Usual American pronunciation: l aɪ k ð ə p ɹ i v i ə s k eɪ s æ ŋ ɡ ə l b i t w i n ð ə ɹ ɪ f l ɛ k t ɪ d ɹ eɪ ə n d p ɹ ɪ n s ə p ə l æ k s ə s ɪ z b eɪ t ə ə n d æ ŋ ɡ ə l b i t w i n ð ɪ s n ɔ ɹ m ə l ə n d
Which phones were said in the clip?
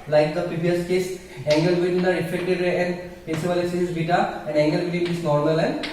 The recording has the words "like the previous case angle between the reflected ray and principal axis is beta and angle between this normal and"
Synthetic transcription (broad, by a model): l aɪ k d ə p ɹ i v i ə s k eɪ s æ ŋ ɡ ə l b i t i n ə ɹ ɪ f ɛ k t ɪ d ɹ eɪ ə n d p ɛ s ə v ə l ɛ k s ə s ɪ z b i t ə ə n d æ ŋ ɡ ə l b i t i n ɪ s n ɔ ɹ m ə l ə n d